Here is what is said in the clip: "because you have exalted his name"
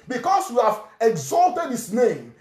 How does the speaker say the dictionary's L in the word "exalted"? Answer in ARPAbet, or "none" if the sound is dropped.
L